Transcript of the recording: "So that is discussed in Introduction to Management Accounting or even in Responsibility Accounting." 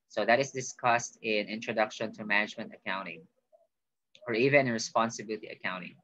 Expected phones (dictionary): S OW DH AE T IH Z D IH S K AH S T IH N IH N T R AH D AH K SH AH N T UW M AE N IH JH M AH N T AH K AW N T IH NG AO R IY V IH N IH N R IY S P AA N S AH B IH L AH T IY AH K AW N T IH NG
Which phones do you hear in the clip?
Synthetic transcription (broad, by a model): S OW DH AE T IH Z D IH S K AH S T IH N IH N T R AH D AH K SH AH N T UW M AE N IH JH M AH N T AH K AW N T IH NG AO R IY V IH N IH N R IY S P AA N S AH B IH L AH T IY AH K AW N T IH NG